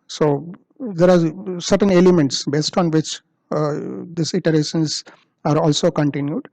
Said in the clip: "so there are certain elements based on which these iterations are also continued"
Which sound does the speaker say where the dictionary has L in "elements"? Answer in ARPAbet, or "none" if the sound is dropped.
L